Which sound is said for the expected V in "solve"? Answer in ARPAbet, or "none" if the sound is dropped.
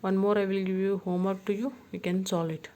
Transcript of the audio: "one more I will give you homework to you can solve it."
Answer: none